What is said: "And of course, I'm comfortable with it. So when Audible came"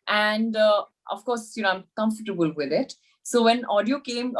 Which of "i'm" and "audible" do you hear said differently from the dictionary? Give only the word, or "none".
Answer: audible